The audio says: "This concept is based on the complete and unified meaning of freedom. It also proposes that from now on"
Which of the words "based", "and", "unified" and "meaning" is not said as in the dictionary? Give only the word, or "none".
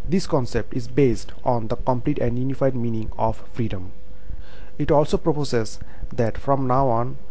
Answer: none